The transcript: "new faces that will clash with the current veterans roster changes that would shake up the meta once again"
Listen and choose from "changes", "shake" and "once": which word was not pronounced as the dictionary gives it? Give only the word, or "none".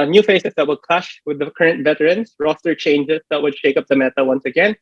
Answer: changes